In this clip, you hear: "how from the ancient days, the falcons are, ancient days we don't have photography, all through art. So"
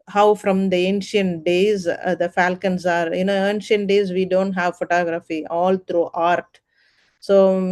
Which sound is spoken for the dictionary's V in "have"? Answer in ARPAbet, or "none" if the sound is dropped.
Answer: V